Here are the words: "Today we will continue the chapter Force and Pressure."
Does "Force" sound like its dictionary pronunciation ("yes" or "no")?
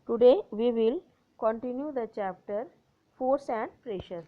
yes